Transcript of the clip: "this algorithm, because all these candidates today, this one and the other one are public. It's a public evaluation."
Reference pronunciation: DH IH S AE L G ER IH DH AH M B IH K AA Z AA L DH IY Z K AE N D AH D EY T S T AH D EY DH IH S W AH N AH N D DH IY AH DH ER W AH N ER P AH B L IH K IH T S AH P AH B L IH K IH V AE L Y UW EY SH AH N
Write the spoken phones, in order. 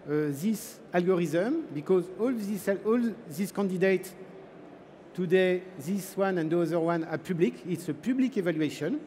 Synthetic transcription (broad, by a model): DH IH S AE L G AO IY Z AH M B IH K AA Z AA L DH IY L K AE N D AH D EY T T AH D EY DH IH S W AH N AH N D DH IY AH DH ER W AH N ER P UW B L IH K IH T S AH P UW B L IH K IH V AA L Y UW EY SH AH N